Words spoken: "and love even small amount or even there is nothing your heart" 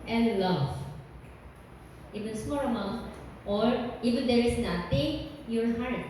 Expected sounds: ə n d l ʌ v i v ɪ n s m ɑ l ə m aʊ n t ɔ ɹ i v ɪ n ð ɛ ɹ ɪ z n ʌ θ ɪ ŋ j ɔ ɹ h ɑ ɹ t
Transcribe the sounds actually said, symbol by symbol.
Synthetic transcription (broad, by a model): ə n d l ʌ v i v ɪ n s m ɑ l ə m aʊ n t ɔ ɹ i v ɪ n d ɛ ɹ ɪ s n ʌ t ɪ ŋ j ɔ ɹ h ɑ ɹ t